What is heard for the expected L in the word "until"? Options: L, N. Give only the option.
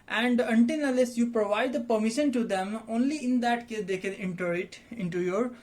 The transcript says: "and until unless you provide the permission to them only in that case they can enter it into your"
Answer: N